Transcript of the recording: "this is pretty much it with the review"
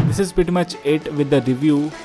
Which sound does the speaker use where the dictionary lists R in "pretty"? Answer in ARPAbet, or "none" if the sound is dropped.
none